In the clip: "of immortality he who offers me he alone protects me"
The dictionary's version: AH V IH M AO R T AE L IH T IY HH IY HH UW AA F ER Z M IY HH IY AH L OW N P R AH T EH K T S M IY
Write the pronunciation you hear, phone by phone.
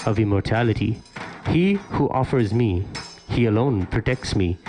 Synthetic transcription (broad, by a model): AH V IH M AO R T AE L IH T IY HH IY HH UW AA F ER Z M IY HH IY AH L OW N P R AH T EH K T S M IY